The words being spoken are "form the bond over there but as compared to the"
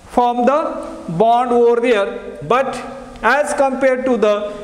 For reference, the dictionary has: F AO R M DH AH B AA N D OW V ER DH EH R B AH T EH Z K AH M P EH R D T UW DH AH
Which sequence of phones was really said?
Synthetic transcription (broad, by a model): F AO M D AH B AA N D OW V ER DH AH R B AH T EH Z K AH M P EH R D T UW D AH